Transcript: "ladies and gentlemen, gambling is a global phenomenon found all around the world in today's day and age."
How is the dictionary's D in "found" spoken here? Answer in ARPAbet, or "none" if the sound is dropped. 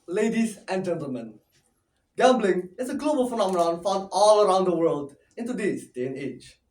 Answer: none